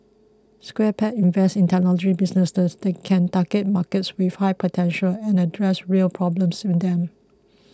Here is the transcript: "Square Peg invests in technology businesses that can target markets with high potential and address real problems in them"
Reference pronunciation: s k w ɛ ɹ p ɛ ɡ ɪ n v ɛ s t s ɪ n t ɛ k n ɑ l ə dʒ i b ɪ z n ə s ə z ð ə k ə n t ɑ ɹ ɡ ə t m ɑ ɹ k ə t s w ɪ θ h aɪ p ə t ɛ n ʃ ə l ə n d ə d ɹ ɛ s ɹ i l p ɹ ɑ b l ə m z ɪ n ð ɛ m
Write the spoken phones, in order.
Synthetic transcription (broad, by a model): s k w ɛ p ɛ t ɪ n v ɛ s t ɪ n t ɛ n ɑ l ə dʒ i b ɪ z n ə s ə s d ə k ə n t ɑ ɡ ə t m ɑ k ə t s w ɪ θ h aɪ p ə t ɛ n ʃ ə l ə n ə d ɹ ɛ s ɹ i l p ɹ ɑ b l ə m s ɪ n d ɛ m